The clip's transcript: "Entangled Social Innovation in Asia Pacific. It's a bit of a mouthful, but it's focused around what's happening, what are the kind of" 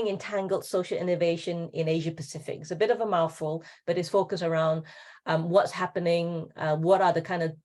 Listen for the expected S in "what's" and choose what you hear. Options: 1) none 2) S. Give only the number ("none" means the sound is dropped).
2